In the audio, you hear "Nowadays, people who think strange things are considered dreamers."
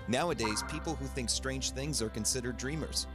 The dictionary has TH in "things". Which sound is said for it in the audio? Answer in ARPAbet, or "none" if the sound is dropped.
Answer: TH